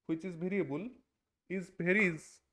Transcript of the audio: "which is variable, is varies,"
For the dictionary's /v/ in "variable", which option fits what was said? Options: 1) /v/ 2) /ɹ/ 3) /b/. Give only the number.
3